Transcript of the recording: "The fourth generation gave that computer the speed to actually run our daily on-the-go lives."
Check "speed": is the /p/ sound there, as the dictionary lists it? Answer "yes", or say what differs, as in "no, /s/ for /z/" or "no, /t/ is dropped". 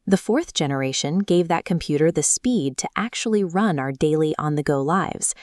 yes